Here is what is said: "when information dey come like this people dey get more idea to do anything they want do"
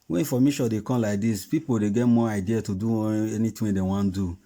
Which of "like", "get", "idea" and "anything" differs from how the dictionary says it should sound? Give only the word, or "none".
anything